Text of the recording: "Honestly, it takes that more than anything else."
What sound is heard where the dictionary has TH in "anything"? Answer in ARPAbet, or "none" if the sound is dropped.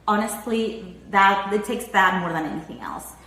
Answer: TH